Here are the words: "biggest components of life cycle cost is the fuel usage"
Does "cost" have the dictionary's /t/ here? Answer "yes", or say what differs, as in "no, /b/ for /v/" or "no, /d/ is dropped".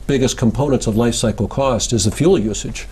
yes